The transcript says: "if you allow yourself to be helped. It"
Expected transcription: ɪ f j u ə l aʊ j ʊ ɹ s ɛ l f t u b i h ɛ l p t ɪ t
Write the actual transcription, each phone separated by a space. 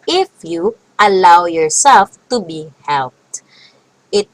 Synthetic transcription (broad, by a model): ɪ f j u ə l aʊ j ʊ ɹ s ɛ l f t u b i h ɛ l p t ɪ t